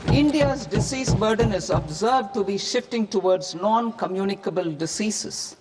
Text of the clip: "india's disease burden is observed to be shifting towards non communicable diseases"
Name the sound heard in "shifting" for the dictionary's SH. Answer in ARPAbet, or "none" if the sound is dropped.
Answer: SH